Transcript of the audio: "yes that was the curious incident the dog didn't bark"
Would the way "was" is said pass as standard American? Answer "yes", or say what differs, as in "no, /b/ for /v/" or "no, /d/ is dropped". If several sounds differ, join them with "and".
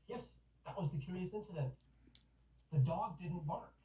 yes